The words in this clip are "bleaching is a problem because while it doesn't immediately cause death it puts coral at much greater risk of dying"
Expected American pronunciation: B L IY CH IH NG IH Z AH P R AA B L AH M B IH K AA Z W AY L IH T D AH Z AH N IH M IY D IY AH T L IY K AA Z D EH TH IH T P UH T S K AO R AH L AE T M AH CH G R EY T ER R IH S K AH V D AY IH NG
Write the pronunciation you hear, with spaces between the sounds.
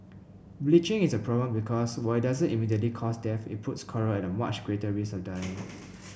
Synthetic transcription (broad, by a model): B L IY CH IH NG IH S AH P R AA B L AH M B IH K AA S W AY IH T D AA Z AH N IH M IY D IY AH T L IY K AA S D EH F IH T P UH T S K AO R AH N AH M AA CH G R EY T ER R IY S AH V D AY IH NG